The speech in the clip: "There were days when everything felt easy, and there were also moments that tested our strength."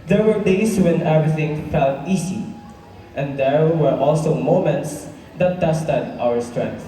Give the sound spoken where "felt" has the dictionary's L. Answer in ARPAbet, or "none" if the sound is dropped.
L